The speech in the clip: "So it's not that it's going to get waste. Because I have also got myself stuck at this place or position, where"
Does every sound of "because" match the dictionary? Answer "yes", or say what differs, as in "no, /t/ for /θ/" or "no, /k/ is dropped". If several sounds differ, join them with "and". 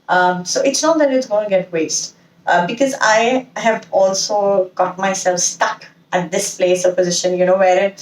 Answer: yes